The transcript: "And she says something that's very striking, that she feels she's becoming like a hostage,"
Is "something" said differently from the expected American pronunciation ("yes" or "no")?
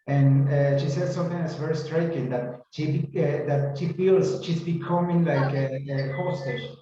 yes